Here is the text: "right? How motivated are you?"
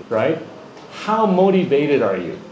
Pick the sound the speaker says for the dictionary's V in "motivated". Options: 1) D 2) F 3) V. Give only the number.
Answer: 3